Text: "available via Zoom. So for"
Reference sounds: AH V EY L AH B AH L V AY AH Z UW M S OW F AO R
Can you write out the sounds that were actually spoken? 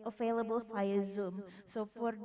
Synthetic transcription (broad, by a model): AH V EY L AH B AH L F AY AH Z UW M S OW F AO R